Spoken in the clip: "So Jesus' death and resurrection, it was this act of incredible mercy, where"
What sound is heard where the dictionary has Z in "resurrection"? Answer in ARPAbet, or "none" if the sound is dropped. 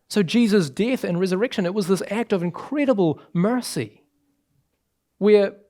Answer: Z